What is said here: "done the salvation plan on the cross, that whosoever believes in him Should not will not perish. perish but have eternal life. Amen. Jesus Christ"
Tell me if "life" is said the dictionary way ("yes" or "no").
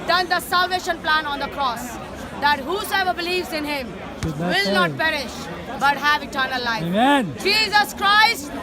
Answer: no